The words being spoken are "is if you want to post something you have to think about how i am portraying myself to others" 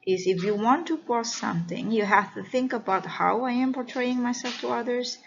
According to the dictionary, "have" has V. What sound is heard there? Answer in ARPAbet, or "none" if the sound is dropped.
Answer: F